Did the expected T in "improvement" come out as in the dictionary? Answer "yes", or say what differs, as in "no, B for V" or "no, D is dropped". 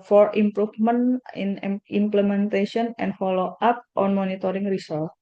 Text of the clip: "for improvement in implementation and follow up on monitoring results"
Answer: no, T is dropped